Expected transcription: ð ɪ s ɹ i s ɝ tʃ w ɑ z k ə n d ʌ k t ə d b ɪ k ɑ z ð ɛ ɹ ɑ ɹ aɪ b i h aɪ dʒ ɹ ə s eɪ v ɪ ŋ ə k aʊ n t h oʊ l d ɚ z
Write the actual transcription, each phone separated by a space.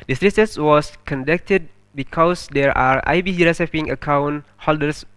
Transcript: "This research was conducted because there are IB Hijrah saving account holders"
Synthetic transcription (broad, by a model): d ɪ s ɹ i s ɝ s w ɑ s k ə n d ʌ k t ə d b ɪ k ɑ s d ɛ ɹ ɑ ɹ aɪ b i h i ɹ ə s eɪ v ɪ ŋ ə k aʊ n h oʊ l d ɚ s